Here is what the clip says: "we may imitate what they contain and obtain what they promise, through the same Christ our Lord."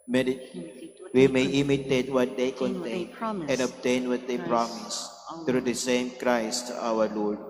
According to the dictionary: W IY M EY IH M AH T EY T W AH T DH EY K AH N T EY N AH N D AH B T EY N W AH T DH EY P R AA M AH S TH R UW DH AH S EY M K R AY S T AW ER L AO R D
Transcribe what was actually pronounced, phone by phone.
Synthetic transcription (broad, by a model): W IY M EY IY M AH T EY T W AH T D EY K AH N T EY N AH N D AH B T EY N W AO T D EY P R AA M AH S T R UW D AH S EY M K R AY S T AW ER L AO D